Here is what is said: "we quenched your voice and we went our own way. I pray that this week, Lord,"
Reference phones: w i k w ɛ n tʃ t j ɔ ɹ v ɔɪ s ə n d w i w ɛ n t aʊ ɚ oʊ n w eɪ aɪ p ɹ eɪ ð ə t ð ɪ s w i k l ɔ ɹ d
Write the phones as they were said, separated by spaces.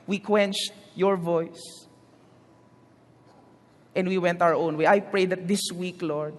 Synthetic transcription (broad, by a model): w i k w ɛ n tʃ t j ɔ ɹ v ɔɪ s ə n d w i w ɛ n t aʊ ɚ oʊ n w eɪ aɪ p ɹ eɪ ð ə t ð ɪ s w i k l ɔ ɹ d